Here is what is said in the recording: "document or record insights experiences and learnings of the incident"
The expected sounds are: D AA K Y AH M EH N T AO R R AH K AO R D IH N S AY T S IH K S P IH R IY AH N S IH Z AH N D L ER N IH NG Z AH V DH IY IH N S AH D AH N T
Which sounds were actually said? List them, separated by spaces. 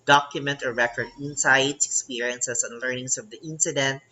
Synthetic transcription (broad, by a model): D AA K Y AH M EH N T AO R R AH K AO R D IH N S AY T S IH K S P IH R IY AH N S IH S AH N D L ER N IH NG S AH V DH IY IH N S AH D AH N T